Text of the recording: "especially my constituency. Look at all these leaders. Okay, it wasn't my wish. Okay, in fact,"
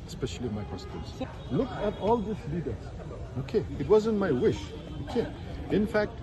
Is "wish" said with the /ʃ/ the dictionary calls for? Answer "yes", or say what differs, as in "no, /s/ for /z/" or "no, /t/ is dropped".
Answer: yes